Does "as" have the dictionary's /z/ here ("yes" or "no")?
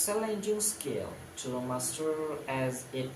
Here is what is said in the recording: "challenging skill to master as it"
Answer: yes